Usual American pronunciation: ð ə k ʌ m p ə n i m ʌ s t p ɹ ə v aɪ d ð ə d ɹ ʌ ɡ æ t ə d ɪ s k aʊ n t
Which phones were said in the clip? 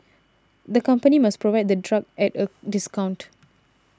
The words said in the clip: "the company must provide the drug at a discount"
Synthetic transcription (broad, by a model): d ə k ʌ m p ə n i m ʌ s p ɹ ə v aɪ d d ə d ɹ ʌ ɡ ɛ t ə d ɪ s k aʊ n t